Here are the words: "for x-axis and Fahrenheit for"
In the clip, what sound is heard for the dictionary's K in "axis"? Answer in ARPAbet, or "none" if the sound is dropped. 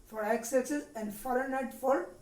none